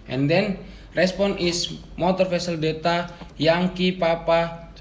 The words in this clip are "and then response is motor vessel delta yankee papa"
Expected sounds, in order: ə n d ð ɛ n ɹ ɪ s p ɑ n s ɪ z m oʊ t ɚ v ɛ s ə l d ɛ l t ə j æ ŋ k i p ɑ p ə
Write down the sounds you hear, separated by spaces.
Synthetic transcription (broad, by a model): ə n d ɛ n ɹ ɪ s p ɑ n ɪ s m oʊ t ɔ f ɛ s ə l d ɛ t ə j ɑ ŋ k i p ɑ p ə